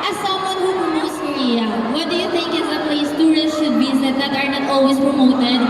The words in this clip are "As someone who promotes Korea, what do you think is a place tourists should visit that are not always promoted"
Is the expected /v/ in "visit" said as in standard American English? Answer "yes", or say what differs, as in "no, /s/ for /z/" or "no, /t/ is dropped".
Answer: no, /b/ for /v/